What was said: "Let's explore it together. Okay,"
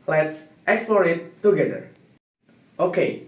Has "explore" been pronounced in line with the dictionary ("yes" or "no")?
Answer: yes